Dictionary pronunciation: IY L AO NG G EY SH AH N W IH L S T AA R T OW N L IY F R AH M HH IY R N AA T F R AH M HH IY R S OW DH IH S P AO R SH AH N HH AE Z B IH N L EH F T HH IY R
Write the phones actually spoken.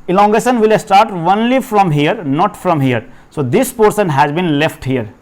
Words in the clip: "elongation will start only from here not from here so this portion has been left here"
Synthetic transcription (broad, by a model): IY L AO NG G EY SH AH N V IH L S T AA R T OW N L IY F R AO M HH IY R N AA T F R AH M HH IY R S OW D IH S P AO R S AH N HH AE Z B IH N L EH F T HH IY R